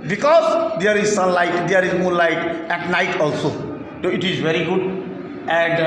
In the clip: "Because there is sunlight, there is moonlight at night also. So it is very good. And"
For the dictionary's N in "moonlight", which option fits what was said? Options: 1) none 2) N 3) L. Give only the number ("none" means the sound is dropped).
1